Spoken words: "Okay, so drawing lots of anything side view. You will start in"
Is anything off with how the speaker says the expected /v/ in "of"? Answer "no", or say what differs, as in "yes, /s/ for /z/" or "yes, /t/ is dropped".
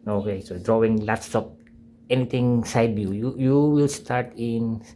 yes, /p/ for /v/